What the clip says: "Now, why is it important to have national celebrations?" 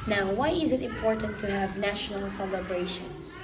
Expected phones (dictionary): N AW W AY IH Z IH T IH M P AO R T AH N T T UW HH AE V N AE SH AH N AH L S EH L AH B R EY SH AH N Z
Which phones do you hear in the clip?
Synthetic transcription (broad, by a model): N AW W AY IH Z IH T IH M P AO R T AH N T T UW HH AE V N AE SH AH N AH L S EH L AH B R EY SH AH N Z